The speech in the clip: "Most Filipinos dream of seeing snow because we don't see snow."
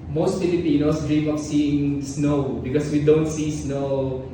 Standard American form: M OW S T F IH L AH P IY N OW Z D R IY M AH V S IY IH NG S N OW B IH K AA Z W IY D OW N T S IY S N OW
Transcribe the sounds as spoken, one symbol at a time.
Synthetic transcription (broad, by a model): M OW S T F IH L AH P IY N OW S D R IY M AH P S IY IH NG S N OW B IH K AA S W IY D OW N T S IY S N OW